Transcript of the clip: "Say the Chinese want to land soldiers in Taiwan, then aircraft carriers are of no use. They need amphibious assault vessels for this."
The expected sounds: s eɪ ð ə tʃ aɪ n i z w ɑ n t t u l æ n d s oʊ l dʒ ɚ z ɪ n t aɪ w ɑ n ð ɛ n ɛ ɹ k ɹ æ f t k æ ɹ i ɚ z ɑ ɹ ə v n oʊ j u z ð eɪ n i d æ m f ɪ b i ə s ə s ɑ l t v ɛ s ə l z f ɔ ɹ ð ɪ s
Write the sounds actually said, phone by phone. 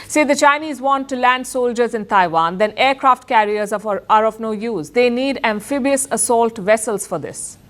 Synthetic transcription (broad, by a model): s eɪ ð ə tʃ aɪ n i z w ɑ n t t u l æ n d s oʊ l dʒ ɚ z ɪ n t aɪ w ɑ n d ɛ n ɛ ɹ k ɹ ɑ f t k æ ɹ i ɚ z ɑ ɹ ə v n oʊ j u z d eɪ n i d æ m f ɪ b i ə s ə s ɑ l t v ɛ s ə l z f ɔ ɹ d ɪ s